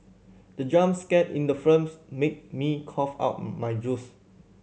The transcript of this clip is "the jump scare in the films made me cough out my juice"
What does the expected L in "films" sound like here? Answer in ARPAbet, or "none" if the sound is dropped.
none